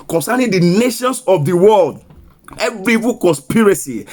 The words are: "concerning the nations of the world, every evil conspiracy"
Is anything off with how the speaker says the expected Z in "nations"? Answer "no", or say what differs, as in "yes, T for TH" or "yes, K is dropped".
yes, S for Z